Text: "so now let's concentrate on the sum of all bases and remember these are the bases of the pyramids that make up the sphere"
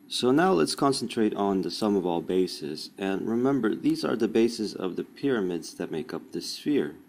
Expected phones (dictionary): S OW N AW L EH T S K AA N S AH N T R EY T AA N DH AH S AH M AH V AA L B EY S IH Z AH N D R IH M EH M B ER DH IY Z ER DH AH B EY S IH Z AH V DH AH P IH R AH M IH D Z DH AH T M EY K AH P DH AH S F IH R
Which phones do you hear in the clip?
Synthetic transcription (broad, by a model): S OW N AW L EH T S K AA N S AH N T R EY T N DH AH S AH M AH V AA L B EY S IH Z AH N R IH M EH M B ER DH IY Z ER DH AH B EY S IH Z AH V DH AH P IH R AH M IH D Z DH AH T M EY K AH P DH AH S F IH R